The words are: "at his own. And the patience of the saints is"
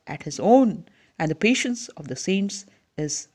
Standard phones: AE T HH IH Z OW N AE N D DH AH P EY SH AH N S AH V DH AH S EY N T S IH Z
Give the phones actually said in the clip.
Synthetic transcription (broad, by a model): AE T HH IH Z OW N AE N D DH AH P EY SH AH N S AH V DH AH S EY N T S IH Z